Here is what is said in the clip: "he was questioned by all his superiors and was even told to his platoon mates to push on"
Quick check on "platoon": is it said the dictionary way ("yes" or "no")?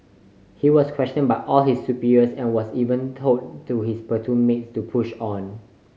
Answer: no